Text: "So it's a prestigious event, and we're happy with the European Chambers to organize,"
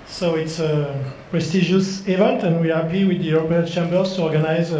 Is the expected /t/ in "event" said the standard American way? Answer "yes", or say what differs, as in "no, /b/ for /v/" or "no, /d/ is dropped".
yes